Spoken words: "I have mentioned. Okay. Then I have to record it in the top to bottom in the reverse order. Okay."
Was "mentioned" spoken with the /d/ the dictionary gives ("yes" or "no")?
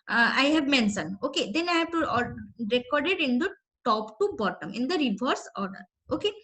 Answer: no